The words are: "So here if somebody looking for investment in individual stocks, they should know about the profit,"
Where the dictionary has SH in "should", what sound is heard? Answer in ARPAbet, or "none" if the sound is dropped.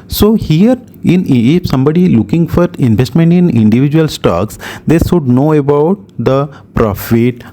S